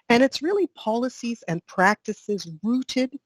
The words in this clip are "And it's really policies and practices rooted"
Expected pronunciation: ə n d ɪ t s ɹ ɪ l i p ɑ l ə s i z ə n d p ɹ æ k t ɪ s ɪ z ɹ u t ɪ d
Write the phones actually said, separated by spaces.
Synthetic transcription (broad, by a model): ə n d ɪ t s ɹ ɪ l i p ɑ l ə s i z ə n p ɹ æ k t ɪ s ɪ z ɹ u t ɪ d